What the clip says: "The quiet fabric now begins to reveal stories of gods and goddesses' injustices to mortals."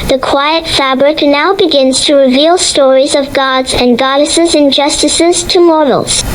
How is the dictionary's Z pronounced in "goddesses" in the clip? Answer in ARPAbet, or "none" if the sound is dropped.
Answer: Z